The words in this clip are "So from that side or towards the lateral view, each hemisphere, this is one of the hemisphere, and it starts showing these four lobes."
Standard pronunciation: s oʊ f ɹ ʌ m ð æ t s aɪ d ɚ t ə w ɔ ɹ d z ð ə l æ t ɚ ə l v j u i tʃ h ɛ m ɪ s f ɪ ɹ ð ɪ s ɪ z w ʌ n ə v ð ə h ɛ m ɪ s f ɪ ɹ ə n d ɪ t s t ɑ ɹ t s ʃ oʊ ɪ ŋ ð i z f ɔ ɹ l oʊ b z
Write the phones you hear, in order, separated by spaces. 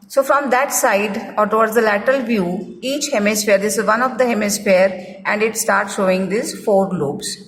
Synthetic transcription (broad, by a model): s oʊ f ɹ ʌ m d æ t s aɪ d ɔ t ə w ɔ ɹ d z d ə l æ t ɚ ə l v j u i tʃ h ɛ m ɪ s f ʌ ɹ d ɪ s ɪ z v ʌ n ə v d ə h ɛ m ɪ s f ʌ ɹ ə n d ɪ t s t ɑ ɹ t s ʃ oʊ ɪ ŋ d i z f ɔ ɹ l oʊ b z